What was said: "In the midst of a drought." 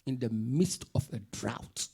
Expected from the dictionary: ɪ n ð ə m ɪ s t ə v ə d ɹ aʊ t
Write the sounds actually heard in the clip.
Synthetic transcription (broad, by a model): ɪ n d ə m ɪ s t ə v ə d ɹ aʊ t